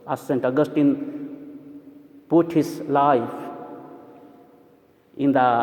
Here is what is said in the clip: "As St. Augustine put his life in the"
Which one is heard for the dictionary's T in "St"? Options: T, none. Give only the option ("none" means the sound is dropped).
T